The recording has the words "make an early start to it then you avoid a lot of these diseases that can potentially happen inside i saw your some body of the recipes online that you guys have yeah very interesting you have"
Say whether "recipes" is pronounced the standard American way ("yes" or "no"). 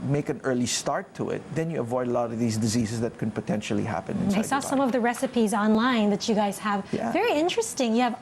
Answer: yes